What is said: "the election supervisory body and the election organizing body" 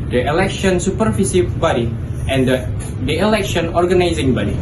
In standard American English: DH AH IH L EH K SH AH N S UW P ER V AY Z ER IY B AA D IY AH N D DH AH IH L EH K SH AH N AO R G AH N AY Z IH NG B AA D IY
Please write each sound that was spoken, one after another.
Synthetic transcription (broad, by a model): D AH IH L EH K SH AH N S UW P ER F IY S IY B AA D IY AH N D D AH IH L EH K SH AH N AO R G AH N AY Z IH NG B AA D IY